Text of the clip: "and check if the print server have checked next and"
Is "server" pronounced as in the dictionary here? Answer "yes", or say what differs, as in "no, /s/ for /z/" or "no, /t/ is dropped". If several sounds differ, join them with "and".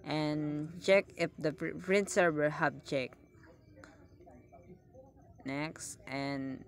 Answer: no, /w/ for /v/